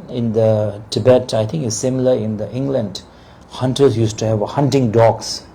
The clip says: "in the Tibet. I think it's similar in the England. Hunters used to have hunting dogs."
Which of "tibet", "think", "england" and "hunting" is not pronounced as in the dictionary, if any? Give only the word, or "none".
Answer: think